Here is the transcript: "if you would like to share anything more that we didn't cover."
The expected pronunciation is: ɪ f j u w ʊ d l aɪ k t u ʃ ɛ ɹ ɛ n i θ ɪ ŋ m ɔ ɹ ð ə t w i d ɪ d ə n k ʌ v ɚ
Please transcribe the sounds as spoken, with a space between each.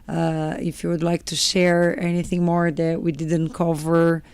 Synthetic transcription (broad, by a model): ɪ f j u w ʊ d l aɪ k t u ʃ ɛ ɹ ɛ n i θ ɪ ŋ m ɔ ɹ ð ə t w i d ɪ d ə n k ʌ v ɚ